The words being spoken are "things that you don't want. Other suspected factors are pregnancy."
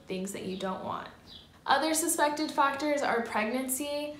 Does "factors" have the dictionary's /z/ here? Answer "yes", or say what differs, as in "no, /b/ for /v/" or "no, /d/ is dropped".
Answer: yes